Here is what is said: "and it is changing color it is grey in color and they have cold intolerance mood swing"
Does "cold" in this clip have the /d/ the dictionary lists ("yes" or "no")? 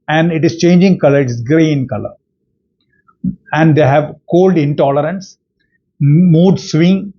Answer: yes